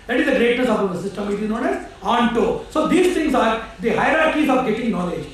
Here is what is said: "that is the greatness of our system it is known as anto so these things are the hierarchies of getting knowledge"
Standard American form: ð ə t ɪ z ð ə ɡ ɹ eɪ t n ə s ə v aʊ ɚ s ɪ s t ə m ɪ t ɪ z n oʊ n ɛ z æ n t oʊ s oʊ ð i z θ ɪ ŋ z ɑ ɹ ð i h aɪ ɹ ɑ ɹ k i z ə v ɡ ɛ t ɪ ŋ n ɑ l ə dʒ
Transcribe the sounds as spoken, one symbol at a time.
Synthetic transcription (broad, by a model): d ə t ɪ z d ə ɹ eɪ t ə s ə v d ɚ s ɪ s t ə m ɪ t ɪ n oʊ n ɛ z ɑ n t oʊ s oʊ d i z t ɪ ŋ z ɑ ɹ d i h aɪ ɹ ɑ ɹ k i z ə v ɡ ɛ t ɪ ŋ n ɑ l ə dʒ